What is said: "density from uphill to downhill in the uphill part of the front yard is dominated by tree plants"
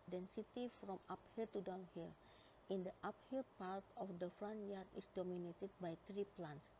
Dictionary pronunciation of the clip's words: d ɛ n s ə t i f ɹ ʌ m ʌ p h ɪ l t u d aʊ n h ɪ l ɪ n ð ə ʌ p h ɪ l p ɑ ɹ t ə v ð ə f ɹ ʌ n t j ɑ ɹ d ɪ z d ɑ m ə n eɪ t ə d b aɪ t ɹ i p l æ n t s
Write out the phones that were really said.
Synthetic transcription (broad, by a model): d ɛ n s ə t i f ɹ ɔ m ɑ p h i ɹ t u d aʊ n h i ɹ ɪ n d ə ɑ p h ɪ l p ɑ ɹ t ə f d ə f ɹ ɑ n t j ɑ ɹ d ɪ s d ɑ m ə n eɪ t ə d b aɪ t ɹ i p l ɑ n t s